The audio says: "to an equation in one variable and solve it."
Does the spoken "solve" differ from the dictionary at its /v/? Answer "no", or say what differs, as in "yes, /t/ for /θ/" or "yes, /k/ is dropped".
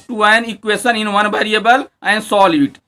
yes, /v/ is dropped